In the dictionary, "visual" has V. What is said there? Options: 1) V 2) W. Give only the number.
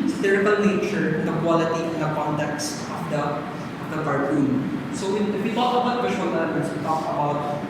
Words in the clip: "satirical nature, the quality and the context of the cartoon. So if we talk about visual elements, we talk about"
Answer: 2